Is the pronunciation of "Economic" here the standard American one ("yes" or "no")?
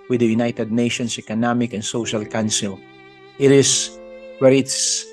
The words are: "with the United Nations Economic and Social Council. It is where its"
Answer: yes